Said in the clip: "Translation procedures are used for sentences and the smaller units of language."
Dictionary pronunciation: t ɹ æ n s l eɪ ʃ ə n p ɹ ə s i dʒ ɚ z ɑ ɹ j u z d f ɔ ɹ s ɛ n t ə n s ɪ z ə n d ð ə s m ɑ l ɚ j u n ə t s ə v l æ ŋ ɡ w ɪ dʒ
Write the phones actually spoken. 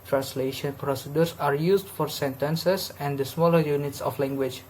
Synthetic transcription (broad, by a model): t ɹ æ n s l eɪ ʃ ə n p ɹ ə s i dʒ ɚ s ɑ ɹ j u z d f ɔ ɹ s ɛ n t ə n s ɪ s ə n d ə s m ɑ l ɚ j u n ə t s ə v l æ ŋ ɡ w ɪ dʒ